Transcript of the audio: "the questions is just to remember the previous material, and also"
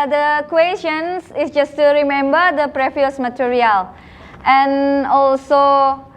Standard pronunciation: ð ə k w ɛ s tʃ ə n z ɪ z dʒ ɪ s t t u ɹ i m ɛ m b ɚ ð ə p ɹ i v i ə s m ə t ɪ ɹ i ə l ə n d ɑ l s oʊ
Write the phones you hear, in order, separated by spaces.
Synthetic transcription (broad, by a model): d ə k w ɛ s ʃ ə n s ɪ s dʒ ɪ s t t u ɹ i m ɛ m b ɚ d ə p ɹ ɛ f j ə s m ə t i ɹ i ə l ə n ɑ l s oʊ